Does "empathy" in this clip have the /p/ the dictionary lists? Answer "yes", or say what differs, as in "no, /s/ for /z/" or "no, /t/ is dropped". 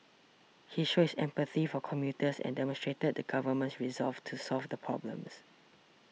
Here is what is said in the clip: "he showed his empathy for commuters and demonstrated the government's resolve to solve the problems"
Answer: yes